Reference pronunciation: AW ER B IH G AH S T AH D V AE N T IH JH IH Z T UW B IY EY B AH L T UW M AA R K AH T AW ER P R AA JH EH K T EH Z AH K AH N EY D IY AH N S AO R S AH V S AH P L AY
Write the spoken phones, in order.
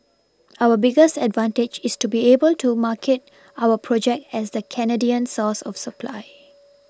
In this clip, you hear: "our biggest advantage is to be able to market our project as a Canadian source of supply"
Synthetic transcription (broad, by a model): AW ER B IH G AH S T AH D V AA N T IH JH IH S T UW B IY EY B AH L T UW M AA K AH T AW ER P R AA JH EH K T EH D AH K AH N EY D IY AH N S AO S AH F S AH P L AY